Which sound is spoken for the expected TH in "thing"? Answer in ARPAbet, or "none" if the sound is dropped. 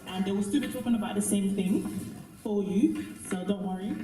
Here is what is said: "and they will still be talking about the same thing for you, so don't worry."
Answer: TH